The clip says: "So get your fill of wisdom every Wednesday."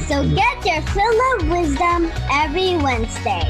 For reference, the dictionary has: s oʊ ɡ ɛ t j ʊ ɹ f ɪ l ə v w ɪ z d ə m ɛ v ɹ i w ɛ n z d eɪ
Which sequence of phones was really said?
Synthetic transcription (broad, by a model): s oʊ ɡ ɛ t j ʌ ɹ f ɪ l ə v w ɪ z d ə m ɛ v ɹ i w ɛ n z d eɪ